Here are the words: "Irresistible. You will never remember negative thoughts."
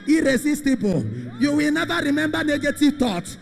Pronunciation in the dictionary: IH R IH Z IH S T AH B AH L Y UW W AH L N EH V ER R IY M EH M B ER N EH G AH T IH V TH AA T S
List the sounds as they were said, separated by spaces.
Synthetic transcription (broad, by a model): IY R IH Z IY S T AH B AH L Y UW W AH L N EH V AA R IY M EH M B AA N EH G AH T IH V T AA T